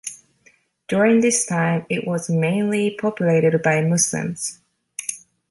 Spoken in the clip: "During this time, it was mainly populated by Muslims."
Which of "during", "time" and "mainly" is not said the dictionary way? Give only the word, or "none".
none